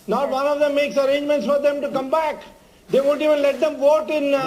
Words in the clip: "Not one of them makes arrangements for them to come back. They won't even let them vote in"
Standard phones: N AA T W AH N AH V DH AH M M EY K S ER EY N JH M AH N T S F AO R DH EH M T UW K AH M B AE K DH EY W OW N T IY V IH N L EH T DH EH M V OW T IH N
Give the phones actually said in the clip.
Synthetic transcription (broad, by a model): N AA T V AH N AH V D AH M M EY K S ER EY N JH M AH N T S F AO R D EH M T UW K AH M B AE K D EY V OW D IY V IH N L EH T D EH M V OW T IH N